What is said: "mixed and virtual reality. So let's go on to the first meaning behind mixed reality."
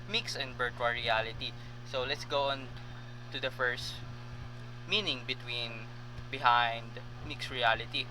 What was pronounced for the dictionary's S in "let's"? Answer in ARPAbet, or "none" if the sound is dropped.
S